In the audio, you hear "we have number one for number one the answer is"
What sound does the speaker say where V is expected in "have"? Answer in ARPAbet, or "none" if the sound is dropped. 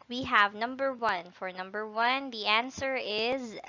V